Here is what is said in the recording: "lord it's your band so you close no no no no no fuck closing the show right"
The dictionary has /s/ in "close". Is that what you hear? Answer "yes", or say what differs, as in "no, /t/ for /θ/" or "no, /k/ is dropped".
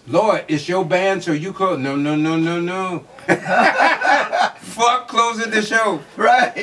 no, /s/ is dropped